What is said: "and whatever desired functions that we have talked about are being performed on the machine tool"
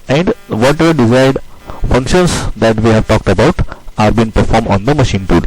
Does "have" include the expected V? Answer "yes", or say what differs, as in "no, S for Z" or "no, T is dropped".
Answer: yes